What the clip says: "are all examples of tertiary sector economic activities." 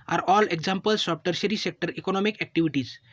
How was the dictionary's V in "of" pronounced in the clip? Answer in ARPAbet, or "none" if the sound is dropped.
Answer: P